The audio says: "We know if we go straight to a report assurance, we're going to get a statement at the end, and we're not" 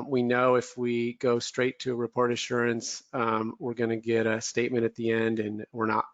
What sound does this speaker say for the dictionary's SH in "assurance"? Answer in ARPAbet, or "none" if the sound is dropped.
SH